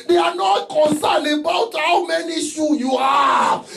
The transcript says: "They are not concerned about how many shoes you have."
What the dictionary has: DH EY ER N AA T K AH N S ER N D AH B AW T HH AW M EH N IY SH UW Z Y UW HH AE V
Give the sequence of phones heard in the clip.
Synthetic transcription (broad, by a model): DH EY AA N AA T K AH N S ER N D AH B AW T HH AW M EH N IY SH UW Y UW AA